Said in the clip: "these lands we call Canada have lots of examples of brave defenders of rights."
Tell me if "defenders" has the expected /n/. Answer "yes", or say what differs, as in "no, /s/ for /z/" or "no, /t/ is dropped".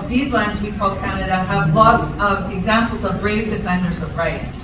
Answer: yes